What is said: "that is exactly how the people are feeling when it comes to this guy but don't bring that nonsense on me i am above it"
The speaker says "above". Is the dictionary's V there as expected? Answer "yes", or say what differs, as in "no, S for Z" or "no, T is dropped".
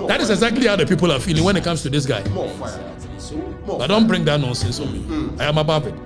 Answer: no, B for V